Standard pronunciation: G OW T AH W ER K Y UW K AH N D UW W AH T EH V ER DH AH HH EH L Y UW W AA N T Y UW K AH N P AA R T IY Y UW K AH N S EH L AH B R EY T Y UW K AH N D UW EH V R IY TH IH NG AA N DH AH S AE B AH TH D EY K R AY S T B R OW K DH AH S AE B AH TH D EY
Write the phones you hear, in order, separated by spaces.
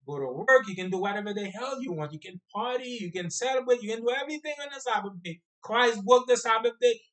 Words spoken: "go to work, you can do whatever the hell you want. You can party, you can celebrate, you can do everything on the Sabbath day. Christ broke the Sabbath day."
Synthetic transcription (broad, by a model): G OW T AH W ER K Y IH K AH N D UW W AH T EH V ER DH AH HH EH L Y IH W AA N T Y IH K AH N P AA R T IY Y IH K AH N S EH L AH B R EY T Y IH K AH N D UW EH V R IY TH IH NG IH N DH AH S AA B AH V D EY K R AY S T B UH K DH AH S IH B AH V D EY